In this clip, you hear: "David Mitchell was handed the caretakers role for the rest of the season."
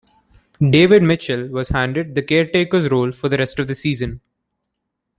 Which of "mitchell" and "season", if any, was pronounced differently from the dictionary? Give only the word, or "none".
none